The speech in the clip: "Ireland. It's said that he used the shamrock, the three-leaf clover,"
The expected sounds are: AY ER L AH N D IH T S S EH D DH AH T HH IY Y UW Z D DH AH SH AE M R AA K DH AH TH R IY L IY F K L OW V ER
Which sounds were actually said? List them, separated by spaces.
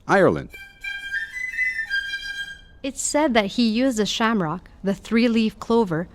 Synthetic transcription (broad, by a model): AY ER L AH N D IH T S S EH D DH AH T HH IY Y UW Z D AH SH AE M R AA K DH AH TH R IY L IY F K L OW V ER